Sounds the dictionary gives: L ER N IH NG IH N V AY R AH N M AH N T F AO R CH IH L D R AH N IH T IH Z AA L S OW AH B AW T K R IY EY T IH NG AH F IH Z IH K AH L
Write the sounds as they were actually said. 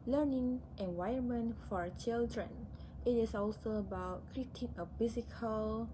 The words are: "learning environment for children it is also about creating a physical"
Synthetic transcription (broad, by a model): L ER N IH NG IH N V AY AH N M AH N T F AO R CH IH L D R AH N IH T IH S AA L S OW AH B AW T K R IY T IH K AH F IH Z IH K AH L